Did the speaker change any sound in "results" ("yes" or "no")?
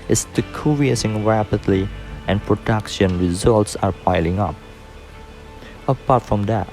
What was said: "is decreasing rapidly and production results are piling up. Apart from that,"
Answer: no